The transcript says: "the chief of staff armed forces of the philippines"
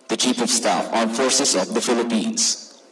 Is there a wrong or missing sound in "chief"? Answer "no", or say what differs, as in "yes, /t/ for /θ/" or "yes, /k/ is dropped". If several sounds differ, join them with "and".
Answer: yes, /p/ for /f/